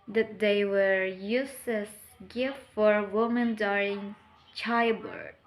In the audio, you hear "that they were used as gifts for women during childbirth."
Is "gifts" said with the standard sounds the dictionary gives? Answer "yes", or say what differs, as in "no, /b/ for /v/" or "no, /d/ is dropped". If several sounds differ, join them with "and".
no, /s/ is dropped